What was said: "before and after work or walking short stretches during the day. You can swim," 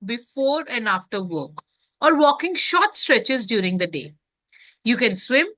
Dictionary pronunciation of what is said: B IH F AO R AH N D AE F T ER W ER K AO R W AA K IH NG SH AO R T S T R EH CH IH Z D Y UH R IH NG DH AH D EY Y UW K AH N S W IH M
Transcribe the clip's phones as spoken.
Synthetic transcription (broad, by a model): B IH F AO R AH N D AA F T ER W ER K AO R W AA K IH NG SH AO T S T R EH CH IH Z D Y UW R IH NG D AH D EY Y UW K AH N S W IH M